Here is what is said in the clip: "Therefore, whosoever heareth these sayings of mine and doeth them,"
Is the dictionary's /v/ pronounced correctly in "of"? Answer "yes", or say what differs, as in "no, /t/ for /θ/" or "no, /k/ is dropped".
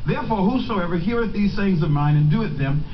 yes